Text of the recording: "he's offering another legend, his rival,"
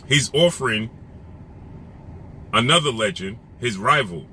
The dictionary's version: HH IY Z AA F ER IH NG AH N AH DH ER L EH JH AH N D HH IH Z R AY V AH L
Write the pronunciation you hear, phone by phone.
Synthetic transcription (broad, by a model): HH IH Z AA F ER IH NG AH N AH DH ER L EH JH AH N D HH IH Z R AY V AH L